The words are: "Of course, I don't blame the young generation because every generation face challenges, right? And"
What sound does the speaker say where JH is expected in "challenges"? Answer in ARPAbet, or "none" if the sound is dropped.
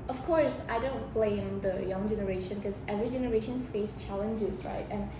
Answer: JH